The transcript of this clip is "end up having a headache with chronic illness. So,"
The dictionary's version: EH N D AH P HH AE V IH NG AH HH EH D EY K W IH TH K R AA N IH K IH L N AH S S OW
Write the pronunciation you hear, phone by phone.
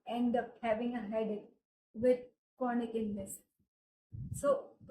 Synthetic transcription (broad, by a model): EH N D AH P HH AE V IH NG AH HH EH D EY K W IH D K AA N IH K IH N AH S S OW